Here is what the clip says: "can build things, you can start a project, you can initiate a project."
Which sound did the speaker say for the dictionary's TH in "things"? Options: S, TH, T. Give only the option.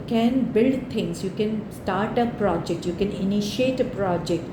T